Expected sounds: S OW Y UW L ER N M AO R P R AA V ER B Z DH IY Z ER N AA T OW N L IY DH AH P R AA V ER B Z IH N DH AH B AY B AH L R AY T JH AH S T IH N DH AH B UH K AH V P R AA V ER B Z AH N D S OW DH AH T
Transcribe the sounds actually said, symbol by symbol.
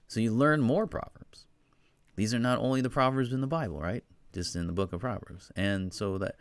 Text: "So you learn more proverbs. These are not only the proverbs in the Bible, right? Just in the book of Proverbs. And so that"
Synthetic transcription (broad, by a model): S OW Y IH L ER N M AO R P R AA V ER B Z DH IY Z ER N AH T OW N L IY DH AH P R AA V ER B Z IH N DH AH B AY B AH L R AY T JH AH S T IH N DH AH B UH K AH V P R AA V ER B Z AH N S OW DH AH T